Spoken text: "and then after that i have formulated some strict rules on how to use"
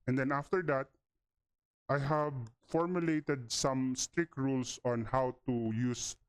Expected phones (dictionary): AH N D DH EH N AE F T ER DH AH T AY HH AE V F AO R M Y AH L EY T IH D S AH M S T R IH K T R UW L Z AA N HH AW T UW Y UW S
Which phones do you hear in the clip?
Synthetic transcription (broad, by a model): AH N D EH N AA F T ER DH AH T AY HH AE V F AO R M Y AH L EY T IH D S AH M S T R IH K T R UW L S AA N HH AW T UW Y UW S